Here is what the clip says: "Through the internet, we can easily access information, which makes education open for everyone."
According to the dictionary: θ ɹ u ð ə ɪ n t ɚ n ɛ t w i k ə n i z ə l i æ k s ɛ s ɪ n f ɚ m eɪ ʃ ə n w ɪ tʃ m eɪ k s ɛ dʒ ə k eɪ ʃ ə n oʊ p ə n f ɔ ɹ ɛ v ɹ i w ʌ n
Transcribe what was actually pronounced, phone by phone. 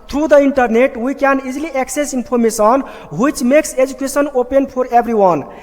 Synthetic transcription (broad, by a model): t ɹ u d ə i n t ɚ n ɛ t w i k ə n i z l i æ k s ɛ s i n p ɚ m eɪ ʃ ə n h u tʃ m eɪ k s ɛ dʒ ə k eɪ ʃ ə n oʊ p ə n p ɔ ɹ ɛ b ɹ i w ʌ n